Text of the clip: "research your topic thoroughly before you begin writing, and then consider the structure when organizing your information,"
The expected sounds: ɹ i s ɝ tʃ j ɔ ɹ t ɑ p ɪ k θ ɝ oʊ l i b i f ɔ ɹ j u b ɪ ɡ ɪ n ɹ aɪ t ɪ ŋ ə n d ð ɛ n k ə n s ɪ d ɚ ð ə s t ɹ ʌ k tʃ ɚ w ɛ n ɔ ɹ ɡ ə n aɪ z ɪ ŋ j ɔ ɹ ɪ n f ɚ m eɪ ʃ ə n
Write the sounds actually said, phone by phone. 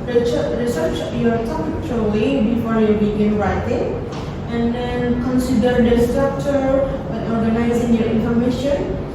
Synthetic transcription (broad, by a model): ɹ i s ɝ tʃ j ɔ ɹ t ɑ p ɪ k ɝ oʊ i b i f ɔ ɹ j u b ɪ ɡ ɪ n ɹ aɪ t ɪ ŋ ə n d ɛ n k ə n s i d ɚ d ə s t ɹ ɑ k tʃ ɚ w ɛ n ɔ ɹ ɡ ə n aɪ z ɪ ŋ j ɔ ɹ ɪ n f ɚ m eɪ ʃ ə n